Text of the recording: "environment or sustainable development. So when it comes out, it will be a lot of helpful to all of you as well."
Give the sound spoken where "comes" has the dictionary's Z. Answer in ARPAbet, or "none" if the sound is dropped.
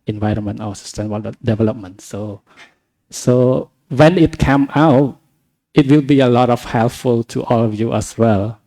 none